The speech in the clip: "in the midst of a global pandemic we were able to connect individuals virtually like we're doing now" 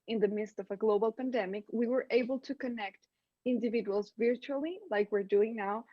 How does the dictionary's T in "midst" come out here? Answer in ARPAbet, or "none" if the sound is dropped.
T